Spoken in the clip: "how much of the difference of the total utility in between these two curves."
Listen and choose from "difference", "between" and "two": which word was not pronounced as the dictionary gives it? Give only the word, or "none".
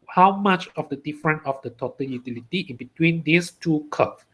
difference